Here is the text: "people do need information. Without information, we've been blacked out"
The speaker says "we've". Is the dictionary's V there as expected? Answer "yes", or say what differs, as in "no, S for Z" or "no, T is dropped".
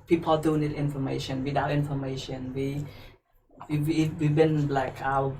no, W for V